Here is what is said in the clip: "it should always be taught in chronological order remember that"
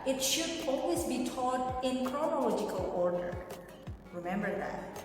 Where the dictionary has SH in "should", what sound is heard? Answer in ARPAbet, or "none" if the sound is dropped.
SH